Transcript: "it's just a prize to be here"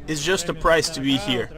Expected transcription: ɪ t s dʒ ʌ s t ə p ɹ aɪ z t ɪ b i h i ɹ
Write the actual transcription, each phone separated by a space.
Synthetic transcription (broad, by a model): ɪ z dʒ ʌ s t ə p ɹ aɪ s t ɪ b i h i ɹ